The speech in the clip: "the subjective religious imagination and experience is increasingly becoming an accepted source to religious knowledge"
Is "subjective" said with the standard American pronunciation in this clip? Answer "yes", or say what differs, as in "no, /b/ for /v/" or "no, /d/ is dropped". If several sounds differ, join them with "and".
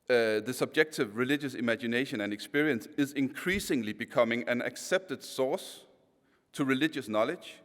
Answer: yes